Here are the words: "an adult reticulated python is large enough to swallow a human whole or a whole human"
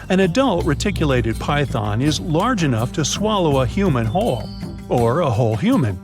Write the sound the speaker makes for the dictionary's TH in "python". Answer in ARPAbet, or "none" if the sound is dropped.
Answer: TH